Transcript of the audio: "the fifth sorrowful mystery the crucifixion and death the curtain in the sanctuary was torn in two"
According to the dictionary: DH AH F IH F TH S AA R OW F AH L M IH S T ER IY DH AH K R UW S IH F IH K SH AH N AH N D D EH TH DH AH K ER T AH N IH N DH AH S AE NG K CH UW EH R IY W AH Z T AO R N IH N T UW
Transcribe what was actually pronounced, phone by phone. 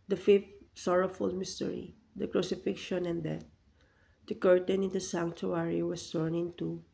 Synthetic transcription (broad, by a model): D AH F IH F T S AA R OW F AH L M IH S T ER IY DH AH K R UW S IH F IH K SH AH N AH N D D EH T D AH K ER T AH N IH N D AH S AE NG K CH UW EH R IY W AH S T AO R N IH N T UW